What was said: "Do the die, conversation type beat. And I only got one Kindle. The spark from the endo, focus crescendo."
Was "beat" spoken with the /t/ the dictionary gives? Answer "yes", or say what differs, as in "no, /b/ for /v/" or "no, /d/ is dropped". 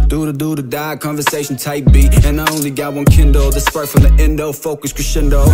no, /t/ is dropped